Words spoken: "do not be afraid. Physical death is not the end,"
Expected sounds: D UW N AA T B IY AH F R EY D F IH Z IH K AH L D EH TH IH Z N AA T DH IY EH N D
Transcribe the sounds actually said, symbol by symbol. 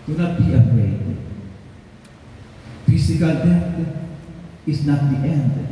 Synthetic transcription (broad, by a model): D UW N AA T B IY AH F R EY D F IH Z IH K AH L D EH T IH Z N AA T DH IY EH N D